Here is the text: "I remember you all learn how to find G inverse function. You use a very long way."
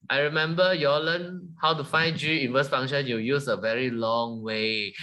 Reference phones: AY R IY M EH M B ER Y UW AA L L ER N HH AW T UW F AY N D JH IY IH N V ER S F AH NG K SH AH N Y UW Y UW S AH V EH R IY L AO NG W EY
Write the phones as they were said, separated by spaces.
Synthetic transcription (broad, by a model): AY R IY M EH M B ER Y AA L L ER N HH AW T UW F AY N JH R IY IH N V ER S F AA NG SH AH N Y UW Y UW S AH V EH R IY L AO NG W EY